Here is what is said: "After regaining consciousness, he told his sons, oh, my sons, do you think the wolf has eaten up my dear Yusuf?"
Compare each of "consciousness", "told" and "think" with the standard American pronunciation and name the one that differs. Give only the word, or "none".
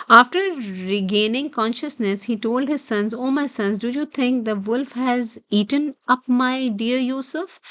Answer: think